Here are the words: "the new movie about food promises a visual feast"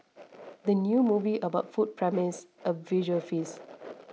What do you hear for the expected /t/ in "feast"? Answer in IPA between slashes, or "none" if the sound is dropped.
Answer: none